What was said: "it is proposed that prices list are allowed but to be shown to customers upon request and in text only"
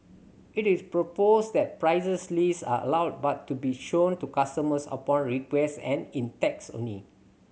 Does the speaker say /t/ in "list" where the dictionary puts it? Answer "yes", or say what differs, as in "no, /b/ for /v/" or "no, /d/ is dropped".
no, /t/ is dropped